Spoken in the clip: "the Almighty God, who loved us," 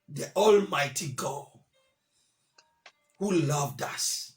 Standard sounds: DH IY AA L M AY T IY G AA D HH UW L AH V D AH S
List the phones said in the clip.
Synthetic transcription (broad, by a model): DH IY AA L M AY T IY G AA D HH UW L AH V D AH S